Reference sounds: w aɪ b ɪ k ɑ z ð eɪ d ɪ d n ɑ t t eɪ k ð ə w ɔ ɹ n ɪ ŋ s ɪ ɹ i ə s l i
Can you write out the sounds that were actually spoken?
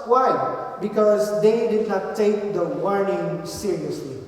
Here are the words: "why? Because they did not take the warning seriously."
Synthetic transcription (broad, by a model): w aɪ b ɪ k ɑ z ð eɪ d ɪ d n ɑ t t eɪ k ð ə w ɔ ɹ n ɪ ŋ s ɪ ɹ i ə s l i